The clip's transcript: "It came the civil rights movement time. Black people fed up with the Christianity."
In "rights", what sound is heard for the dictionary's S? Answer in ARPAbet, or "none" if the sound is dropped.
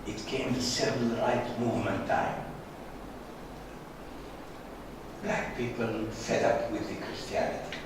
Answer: none